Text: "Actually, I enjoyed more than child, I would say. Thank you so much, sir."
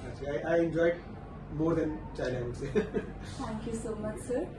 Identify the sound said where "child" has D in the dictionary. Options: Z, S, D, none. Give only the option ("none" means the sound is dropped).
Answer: none